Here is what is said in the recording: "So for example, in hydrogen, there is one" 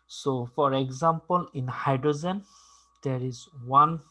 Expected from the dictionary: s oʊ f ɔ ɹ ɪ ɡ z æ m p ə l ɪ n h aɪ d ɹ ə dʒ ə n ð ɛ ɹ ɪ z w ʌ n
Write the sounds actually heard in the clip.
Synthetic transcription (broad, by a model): s oʊ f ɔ ɹ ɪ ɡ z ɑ m p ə l ɪ n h aɪ d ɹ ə z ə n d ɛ ɹ ɪ z w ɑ n